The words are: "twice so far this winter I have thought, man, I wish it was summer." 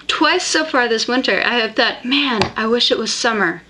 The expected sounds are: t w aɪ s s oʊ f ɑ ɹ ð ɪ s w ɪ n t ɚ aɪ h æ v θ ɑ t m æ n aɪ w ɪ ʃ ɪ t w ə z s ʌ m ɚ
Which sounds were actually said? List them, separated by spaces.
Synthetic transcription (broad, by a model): t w aɪ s s oʊ f ɑ ɹ ð ɪ s w ɪ n t ɚ aɪ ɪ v θ ɑ t m æ n aɪ w ɪ ʃ ɪ t w ə z s ʌ m ɚ